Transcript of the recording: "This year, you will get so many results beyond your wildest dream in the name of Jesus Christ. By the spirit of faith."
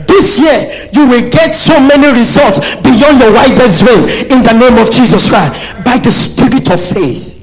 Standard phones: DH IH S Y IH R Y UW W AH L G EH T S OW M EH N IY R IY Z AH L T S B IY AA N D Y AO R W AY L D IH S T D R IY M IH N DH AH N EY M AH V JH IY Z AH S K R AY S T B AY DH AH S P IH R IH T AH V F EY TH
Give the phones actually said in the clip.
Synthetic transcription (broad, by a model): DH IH S Y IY Y UW W AH L G EH T S OW M EH N IY R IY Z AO L T S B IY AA N D Y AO W AY D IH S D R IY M IH N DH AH N EY M AH V JH IY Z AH S K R AY S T B AY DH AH S P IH R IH T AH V F EY TH